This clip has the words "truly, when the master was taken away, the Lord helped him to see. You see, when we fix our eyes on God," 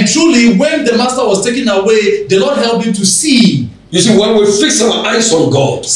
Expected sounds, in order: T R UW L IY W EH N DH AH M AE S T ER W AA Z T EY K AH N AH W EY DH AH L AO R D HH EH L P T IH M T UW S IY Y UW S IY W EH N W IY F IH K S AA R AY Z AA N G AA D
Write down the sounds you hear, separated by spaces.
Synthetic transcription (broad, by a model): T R UW L IY W EH N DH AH M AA S T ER W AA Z T EY K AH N AH W EY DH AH L AO D HH EH L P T IH M T UW S IY Y UW S IY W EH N W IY F IH K S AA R AY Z AA N G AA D